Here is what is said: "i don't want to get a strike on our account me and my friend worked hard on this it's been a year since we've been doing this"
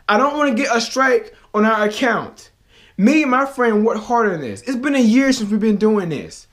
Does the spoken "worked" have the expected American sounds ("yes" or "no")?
no